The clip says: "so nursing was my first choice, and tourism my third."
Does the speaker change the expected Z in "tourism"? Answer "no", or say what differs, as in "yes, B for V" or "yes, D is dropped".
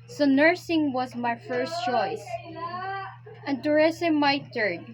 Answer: yes, S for Z